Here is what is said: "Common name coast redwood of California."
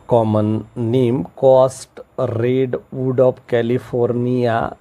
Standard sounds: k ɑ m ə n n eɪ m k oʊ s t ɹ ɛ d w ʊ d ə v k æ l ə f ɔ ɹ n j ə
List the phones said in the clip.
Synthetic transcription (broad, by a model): k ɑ m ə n n eɪ m k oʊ s t ɹ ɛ d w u d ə p k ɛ l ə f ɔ ɹ n j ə